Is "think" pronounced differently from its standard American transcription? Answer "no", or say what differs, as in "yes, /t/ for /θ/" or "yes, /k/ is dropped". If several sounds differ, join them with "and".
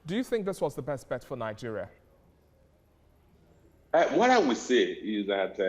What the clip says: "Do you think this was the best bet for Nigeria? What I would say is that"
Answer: no